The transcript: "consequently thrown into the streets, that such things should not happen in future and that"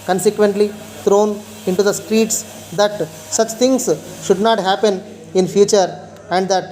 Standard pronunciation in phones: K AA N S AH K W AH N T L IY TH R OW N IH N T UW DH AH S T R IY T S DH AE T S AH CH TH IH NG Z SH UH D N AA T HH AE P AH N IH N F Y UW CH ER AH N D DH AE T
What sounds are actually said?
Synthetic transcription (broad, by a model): K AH N S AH K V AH N T L IY T R OW N IH N T UW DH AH S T R IY T S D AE T S AH CH T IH NG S SH UH D N AA T HH AE P AH N IH N F Y UW CH ER AH N D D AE T